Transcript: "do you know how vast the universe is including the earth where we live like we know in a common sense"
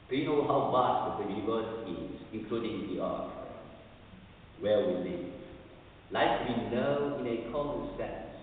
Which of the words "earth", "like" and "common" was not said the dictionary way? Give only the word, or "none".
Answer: earth